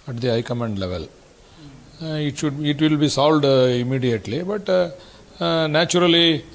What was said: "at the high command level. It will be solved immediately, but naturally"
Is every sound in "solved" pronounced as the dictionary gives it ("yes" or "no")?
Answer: no